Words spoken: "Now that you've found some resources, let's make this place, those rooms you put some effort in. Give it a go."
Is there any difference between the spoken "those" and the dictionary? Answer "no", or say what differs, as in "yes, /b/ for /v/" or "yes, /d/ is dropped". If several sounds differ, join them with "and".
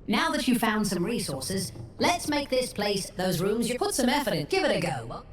no